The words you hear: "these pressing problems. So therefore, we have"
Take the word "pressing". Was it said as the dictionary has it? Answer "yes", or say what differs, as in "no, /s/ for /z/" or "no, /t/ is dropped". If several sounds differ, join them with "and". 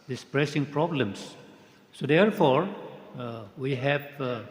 yes